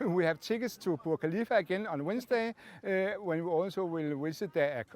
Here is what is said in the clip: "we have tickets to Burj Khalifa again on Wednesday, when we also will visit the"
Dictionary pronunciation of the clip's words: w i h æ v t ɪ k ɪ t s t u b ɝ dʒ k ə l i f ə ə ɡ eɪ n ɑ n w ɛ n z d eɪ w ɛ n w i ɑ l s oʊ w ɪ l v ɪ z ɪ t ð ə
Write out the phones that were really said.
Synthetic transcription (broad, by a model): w i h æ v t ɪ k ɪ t s t u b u k ə l i f ə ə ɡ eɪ n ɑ n w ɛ n s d eɪ w ɛ n w i ɑ l s oʊ w ɪ l w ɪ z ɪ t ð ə